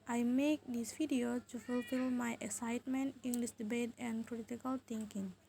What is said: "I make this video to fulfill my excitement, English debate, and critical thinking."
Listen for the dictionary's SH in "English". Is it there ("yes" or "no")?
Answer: no